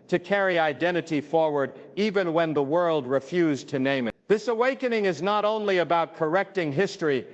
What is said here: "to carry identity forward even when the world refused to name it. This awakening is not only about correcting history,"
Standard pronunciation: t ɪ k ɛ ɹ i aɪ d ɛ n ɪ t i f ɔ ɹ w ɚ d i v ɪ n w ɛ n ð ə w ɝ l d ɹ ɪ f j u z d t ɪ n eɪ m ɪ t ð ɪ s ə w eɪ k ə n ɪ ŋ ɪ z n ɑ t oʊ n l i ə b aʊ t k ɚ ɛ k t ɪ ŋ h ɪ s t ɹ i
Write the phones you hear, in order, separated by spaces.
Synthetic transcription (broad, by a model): t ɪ k ɛ ɹ i aɪ d ɛ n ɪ t i f ɔ ɹ w ɚ d i v ɪ n w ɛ n ð ə w ɝ l d ɹ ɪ f j u z t ɪ n eɪ m ɪ t ð ɪ s ə w eɪ k ə n ɪ ŋ ɪ z n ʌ t oʊ n l i ə b aʊ t k ɚ ɛ k t ɪ ŋ h ɪ s t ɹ i